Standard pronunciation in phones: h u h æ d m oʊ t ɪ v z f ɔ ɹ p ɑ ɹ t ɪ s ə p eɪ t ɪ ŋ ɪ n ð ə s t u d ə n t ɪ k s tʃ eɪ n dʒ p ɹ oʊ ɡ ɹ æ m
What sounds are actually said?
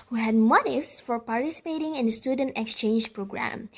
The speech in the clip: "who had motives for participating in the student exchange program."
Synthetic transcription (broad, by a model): h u h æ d m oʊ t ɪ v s f ɔ ɹ p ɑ ɹ t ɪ s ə p eɪ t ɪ ŋ ɪ n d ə s t u d ə n t ɪ k s tʃ eɪ n dʒ p ɹ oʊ ɡ ɹ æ m